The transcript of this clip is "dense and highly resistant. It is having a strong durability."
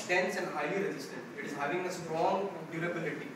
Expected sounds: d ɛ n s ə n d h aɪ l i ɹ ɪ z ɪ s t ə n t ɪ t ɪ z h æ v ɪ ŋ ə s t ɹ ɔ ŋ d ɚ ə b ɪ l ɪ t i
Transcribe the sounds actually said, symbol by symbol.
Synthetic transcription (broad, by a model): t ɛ n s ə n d h aɪ i ɹ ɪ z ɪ s t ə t ɪ t ɪ z h æ v ɪ ŋ ə s t ɹ ɔ ŋ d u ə b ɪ l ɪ t i